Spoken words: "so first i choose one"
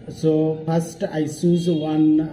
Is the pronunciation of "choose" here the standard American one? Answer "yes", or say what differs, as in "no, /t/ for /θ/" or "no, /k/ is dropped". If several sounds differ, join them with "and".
no, /s/ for /tʃ/